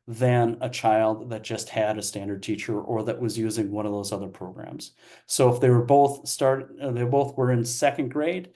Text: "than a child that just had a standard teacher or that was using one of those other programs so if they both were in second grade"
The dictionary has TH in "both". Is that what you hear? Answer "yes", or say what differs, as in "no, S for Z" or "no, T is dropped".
yes